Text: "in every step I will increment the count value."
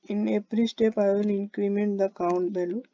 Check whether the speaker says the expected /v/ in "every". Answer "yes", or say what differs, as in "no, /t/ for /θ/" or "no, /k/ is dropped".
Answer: no, /p/ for /v/